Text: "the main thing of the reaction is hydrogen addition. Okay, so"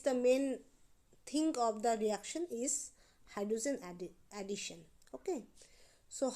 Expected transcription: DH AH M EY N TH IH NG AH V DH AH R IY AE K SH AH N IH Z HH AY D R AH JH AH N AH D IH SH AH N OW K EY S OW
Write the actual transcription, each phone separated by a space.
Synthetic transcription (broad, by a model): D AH M EY N T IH NG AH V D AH R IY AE K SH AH N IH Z HH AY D AH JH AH N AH D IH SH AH N OW K EY S OW